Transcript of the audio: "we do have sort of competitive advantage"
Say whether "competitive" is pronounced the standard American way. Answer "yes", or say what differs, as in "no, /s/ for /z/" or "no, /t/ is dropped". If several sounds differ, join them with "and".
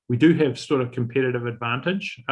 yes